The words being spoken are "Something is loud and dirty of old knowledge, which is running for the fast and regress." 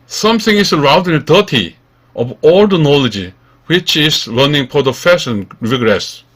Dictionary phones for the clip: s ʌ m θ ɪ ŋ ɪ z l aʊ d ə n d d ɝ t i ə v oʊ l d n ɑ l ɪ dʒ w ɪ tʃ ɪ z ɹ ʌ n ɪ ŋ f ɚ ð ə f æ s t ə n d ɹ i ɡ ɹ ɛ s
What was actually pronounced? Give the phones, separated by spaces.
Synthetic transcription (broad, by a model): s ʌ m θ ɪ ŋ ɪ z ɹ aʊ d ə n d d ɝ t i ə v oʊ l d n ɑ l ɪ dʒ w ɪ tʃ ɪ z l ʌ n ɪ ŋ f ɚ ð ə f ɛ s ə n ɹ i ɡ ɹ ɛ s